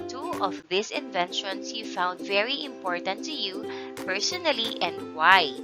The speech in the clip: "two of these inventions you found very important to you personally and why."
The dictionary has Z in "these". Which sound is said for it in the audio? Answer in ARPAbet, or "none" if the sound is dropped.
S